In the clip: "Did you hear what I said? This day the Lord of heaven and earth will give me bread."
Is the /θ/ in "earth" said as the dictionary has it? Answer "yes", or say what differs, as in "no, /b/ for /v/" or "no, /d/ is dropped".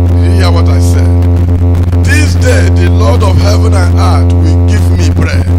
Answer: no, /t/ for /θ/